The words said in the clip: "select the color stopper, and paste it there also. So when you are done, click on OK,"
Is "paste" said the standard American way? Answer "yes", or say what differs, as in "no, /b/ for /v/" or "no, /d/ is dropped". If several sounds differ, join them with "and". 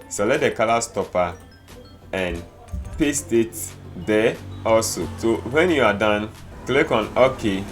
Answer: yes